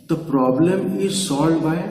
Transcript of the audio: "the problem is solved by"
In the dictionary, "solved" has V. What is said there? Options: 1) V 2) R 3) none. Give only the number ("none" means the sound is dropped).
3